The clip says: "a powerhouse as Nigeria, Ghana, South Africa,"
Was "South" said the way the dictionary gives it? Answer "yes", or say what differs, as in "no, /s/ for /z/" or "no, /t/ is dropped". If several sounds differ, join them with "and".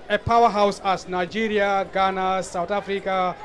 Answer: no, /t/ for /θ/